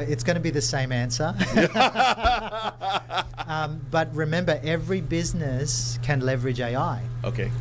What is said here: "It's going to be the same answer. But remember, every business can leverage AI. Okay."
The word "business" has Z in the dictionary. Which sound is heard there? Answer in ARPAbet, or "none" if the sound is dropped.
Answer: Z